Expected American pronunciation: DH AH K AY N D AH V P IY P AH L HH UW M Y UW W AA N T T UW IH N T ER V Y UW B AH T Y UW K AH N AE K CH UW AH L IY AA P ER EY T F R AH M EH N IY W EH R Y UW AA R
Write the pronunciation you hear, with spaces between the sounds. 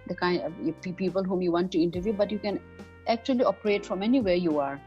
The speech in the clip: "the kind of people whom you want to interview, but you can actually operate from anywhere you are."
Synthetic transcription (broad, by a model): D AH K AY N D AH P P IY P AH L HH UW M Y UW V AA N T T UW IH N T ER V Y UW B AH T Y UW K AH N AE K CH UW AH L IY AA P ER EY T F R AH M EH N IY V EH R Y UW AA R